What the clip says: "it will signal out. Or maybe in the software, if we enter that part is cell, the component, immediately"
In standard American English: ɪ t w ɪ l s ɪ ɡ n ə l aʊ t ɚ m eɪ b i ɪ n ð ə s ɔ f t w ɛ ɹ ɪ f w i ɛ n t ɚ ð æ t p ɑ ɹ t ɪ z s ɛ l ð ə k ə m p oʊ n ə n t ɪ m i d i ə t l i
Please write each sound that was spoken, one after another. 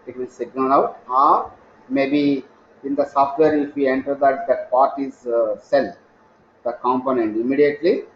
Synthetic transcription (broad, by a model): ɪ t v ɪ l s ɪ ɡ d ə n aʊ t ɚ m eɪ b i ɪ n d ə s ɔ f t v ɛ ɹ ɪ f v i ɛ n t ɚ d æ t p ɑ ɹ t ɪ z s ɛ l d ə k ə m p oʊ n ə n t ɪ m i d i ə t l i